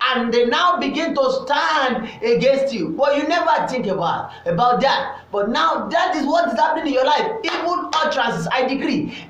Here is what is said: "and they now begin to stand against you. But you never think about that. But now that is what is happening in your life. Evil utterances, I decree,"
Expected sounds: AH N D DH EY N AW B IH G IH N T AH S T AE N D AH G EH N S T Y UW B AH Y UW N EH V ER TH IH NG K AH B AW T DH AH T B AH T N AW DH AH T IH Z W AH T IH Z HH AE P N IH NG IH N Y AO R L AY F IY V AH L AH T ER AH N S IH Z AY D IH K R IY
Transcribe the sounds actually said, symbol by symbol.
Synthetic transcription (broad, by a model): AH N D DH EY N AW B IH G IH N T AH S T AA N D AH G EH N S T Y UW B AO Y UW N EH V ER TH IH NG K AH B AW T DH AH T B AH T N AW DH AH T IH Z W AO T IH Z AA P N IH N IH N Y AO L AY F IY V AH N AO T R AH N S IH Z AY D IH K R IY